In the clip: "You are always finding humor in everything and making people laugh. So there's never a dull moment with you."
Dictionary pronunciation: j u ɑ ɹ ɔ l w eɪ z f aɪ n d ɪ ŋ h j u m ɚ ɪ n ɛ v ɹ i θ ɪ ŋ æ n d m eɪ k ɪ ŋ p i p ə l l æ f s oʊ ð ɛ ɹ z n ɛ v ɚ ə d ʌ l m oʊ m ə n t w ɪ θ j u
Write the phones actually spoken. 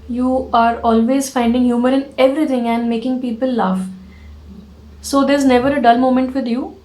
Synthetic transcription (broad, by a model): j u ɑ ɹ ɔ l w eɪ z f aɪ n d ɪ ŋ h j u m ɚ ɪ n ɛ v ɹ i t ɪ ŋ æ n d m eɪ k ɪ ŋ p i p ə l l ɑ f s oʊ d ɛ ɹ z n ɛ v ɚ ə d ʌ l m oʊ m ə n t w ɪ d j u